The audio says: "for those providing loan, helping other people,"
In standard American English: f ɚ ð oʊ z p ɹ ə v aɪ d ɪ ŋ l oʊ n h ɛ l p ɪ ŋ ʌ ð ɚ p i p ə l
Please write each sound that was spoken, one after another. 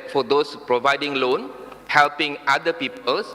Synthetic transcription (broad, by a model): f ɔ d oʊ s p ɹ ə v aɪ d ɪ ŋ l oʊ n h ɛ l p ɪ ŋ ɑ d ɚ p i p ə l